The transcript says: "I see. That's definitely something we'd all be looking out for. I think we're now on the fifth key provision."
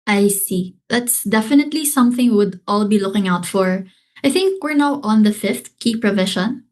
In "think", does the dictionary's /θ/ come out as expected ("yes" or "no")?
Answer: yes